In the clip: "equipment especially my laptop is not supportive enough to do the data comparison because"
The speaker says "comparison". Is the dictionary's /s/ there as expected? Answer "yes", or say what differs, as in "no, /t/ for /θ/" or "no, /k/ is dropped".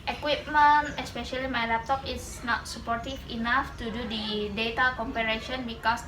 no, /ʃ/ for /s/